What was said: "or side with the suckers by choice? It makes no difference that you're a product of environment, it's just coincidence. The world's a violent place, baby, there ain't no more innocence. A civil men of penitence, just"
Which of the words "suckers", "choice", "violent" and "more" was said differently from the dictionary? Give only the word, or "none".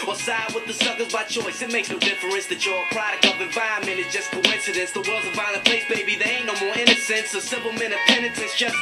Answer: violent